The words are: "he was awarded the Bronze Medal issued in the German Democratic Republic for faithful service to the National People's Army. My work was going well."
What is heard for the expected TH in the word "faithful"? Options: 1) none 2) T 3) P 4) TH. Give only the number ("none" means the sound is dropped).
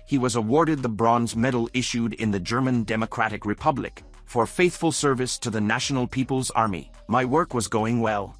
4